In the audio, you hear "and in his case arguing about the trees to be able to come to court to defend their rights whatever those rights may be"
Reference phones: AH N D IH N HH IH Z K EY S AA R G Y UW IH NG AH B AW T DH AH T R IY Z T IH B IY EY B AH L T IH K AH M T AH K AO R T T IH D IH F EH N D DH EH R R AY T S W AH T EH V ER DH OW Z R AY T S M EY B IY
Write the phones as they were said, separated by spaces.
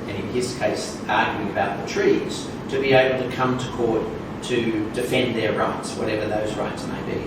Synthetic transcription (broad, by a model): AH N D IH N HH IH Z K EY S AA R G Y UW IH NG AH B AW T DH AH T R IY Z T IH B IY EY B L T IH K AH M T AH K AO R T T IH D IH F EH N DH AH R R AY T S W AH T EH V ER DH OW Z R AY T S M EY B IY